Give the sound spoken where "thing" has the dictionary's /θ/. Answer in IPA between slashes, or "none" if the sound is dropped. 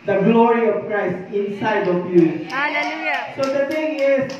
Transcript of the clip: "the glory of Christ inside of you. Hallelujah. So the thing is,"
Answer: /t/